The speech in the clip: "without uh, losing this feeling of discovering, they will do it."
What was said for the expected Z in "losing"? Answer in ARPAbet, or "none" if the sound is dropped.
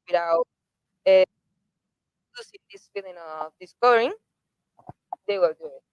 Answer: S